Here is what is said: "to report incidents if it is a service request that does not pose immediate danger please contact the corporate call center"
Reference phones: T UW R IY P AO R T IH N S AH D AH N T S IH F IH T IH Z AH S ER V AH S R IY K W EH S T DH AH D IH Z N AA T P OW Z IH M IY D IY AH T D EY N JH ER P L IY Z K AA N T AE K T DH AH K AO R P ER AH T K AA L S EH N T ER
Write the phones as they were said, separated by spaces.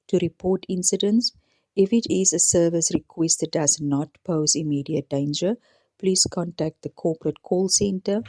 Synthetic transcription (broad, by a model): T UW R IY P AO T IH N S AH D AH N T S IH F IH T IH Z AH S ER V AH S R IY K W EH S T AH D IH Z N AA T P OW Z IH M IY D IY AH T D EY N JH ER P L IY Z K AA N T AE K T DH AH K AO P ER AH T K AA L S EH N T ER